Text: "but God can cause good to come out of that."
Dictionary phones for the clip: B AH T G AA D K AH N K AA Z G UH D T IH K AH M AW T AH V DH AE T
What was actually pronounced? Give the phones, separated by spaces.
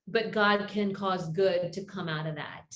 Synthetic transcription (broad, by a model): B AH T G AA D K AH N K AA Z G UH D T IH K AH M AW T AH V DH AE T